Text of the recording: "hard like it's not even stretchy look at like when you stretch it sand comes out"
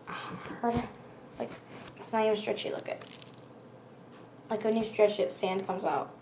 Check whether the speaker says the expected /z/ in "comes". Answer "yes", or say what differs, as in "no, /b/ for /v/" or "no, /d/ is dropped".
yes